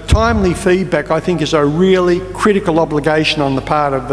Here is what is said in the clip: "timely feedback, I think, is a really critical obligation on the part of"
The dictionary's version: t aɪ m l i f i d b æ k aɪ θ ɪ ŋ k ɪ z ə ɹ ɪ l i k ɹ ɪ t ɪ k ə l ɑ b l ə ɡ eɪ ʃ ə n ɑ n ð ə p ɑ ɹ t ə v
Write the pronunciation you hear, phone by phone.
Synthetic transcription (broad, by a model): t aɪ m l i f i d b æ k aɪ θ ɪ ŋ k ɪ z ə ɹ ɪ l i k ɹ ɪ t ɪ k ə l ɑ b l ə ɡ eɪ ʃ ə n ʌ n ð ə p ɑ ɹ t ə v